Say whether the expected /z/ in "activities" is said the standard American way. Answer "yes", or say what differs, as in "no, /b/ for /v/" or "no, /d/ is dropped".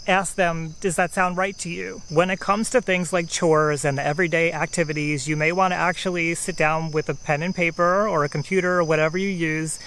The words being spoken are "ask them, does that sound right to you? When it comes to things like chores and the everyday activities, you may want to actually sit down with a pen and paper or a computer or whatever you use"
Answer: yes